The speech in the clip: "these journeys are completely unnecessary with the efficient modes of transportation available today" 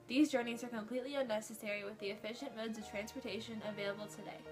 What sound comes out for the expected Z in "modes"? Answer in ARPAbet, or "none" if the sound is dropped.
Z